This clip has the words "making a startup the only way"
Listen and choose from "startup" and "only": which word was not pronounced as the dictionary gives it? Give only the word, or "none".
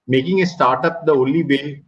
only